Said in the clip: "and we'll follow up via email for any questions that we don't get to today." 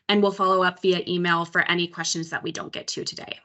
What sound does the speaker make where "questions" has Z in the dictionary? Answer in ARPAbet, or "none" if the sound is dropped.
Z